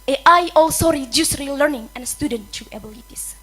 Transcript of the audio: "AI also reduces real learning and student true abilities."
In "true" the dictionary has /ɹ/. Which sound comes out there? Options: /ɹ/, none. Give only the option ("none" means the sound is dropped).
none